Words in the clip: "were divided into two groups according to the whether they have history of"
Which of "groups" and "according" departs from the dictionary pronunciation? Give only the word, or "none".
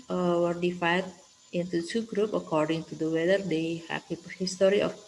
groups